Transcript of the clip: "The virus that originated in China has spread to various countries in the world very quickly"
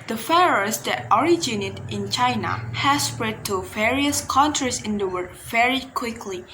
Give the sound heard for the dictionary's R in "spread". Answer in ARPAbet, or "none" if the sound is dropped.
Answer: R